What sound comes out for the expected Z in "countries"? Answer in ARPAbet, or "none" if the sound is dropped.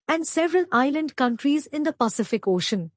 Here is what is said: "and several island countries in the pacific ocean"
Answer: Z